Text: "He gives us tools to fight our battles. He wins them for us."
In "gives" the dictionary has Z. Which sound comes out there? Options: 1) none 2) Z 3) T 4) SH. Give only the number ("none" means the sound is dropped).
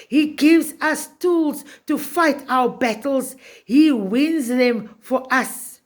2